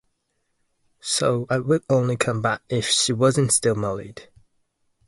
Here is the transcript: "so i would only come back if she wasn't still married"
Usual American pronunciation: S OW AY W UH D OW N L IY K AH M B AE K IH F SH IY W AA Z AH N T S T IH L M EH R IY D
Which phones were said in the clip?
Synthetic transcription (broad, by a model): S OW AY W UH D OW N L IY K AH M B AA K IH F SH IY W AA Z AH N T S T IH L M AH L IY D